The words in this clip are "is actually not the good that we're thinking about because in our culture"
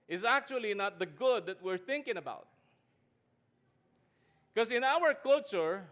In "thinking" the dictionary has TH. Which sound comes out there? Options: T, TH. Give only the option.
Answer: TH